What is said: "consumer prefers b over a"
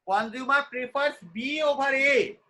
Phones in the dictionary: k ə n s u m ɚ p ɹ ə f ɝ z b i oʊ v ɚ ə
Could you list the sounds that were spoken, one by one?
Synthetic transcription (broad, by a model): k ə n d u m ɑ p ɹ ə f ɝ s b i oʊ b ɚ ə